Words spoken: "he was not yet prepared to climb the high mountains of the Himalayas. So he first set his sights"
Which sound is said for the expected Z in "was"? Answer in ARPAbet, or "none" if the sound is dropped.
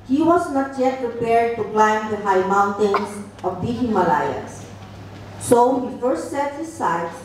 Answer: S